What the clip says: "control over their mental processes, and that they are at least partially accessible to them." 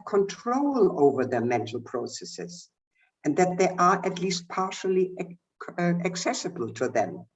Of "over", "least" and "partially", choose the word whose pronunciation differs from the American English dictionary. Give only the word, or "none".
none